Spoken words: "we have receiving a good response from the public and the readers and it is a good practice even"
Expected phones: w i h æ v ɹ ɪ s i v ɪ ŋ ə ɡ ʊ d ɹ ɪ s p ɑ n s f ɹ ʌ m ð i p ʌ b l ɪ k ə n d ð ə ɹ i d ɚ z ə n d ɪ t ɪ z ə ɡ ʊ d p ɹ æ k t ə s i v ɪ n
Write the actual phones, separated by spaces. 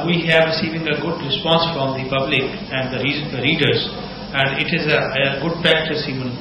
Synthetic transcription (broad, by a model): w i h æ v ɹ ɪ s i v ɪ ŋ ə ɡ ʊ d ɹ ɪ s p ɑ n s f ɹ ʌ m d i p ʌ b l ɪ k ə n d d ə ɹ i d ɚ z ə n d ɪ t ɪ z ə ɡ ʊ d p æ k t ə s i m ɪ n